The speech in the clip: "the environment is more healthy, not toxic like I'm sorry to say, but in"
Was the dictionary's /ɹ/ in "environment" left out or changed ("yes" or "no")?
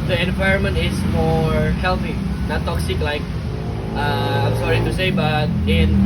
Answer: no